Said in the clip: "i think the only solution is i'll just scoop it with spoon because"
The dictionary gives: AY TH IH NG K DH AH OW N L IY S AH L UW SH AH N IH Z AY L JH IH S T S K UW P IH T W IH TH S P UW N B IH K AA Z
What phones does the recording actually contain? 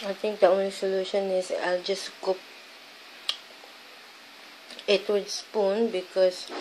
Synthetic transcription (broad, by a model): AY T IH NG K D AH OW N L IY S AH L UW SH AH N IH S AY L JH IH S S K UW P IH T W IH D S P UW N B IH K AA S